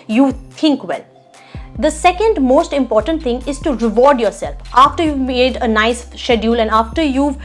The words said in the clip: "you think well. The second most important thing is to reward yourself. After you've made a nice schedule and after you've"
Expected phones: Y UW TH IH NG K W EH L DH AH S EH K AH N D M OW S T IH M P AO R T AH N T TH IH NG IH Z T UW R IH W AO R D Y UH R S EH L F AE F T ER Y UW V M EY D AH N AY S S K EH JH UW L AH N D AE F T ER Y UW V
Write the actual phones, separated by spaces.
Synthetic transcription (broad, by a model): Y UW T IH NG K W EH L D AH S EH K AH N D M OW S T IH M P AO R T AH N T T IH NG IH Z T UW R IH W AO R D Y UH R S EH L F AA F T ER Y UW V M EY D AH N AY S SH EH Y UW L AH N D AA F T ER Y UW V